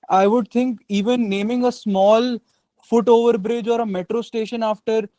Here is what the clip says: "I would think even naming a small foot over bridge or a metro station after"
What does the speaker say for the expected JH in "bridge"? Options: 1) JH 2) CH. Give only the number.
1